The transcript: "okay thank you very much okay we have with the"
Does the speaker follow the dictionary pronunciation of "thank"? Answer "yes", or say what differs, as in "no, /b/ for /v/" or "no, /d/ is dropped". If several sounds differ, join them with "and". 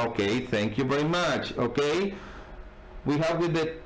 yes